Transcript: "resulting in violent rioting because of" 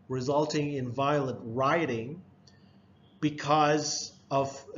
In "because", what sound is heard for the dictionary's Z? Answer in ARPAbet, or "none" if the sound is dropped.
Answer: Z